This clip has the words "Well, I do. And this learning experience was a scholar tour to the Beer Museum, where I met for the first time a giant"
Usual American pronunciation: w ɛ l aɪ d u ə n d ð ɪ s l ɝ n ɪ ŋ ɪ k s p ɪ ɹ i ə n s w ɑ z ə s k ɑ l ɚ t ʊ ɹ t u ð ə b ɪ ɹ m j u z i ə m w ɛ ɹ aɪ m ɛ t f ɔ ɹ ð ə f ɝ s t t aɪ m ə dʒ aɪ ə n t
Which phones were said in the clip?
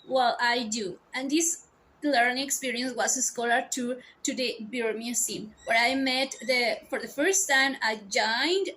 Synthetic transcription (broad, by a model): w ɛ l aɪ d u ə n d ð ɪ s l ɝ n ɪ ŋ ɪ k s p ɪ ɹ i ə n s w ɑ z ə s k ɑ l ɚ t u t u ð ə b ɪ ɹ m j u s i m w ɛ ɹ aɪ m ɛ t f ɔ ɹ ð ə f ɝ s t t aɪ m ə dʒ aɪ n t